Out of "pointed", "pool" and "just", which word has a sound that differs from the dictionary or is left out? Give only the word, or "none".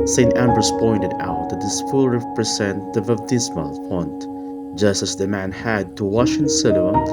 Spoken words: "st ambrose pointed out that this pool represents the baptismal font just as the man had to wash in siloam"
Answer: pool